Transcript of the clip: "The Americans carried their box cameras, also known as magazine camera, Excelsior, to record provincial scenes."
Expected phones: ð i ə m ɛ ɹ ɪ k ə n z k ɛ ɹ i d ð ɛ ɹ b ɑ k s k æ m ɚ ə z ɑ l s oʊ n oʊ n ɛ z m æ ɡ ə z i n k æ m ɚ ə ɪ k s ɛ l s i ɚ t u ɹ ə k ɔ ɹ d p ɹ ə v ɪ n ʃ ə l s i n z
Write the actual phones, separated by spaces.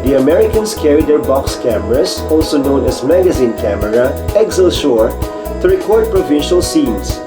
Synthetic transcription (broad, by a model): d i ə m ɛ ɹ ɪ k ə n s k ɛ ɹ i d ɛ ɹ b ɑ k s k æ m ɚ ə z ɑ l s oʊ n oʊ n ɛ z m æ ɡ ə z i n k æ m ɚ ə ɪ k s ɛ l ʃ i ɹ t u ɹ ə k ɔ ɹ d p ɹ ə v ɪ n ʃ ə l s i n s